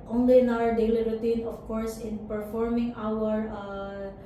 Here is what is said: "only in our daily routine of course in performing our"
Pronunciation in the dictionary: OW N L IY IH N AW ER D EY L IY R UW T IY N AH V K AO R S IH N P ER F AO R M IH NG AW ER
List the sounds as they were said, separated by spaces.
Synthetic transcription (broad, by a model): OW N L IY IH N AW ER D EY L IY R UW T IY N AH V K AO R S IH N P ER F AO R M IH NG AW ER